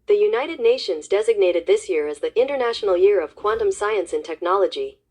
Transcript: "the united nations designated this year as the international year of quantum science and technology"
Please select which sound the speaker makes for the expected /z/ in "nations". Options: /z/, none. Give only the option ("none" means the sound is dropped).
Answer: /z/